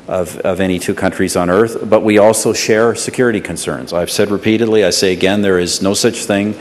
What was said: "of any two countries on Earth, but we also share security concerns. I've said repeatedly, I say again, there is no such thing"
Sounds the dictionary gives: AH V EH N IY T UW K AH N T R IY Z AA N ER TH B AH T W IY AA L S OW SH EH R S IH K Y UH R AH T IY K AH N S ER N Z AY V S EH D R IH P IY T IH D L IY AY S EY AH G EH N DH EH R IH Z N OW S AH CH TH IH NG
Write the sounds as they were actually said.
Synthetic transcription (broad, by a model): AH V EH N IY T UW K AH N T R IY Z N ER TH B AH T W IY AA L S OW SH EH R S IH K Y UH R AH T IY K AH N S ER N Z AY V S EH D R IH P IY T IH D L IY AY S EY AH G EH N DH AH R IH Z N OW S AH CH TH IH NG